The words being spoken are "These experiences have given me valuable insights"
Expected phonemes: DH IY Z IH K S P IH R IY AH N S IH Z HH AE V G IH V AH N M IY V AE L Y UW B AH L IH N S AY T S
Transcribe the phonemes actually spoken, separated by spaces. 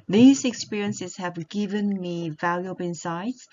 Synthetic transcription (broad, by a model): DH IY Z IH K S P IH R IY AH N S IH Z HH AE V G IH V AH N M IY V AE L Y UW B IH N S AY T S